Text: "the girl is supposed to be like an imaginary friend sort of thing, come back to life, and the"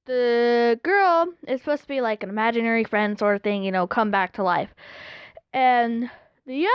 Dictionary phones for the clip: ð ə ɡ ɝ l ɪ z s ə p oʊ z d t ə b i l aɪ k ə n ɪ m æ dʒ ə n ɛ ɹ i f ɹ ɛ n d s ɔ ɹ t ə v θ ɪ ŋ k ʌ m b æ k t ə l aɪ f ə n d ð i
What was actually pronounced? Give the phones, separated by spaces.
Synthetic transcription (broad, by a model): ð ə ɡ ɝ l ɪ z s p oʊ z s t ə b i l aɪ k ə n ɪ m æ dʒ ə n ɛ ɹ i f ɹ ɛ n d s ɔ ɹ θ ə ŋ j ɪ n k ʌ m b æ k t ə l aɪ f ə n ð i